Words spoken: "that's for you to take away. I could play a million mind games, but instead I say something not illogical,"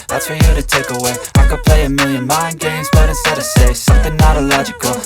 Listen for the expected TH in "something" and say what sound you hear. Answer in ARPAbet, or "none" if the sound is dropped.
TH